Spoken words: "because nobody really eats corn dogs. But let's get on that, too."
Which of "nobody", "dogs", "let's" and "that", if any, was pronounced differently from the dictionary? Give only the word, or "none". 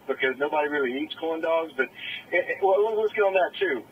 let's